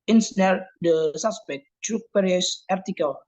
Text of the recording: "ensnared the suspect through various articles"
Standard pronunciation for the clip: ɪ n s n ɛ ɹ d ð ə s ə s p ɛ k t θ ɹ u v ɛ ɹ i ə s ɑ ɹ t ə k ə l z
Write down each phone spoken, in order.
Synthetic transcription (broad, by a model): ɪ n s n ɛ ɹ d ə s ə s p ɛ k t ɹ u p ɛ ɹ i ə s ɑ ɹ t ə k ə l